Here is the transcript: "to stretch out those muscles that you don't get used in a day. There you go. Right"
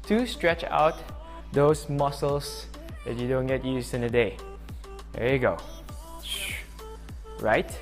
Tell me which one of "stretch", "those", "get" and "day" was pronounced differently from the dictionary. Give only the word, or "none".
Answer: those